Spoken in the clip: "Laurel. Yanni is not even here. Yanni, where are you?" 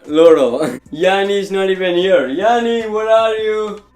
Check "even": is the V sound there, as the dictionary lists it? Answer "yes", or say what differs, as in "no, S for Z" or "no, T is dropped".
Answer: no, P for V